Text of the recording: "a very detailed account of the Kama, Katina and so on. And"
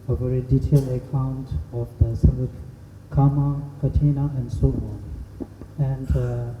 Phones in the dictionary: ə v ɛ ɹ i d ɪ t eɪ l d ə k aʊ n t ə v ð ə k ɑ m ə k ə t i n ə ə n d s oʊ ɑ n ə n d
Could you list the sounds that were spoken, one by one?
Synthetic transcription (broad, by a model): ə v ɛ ɹ i d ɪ t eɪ l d ə k aʊ n t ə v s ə k ɑ m ə k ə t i n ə ə n d s oʊ ɑ n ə n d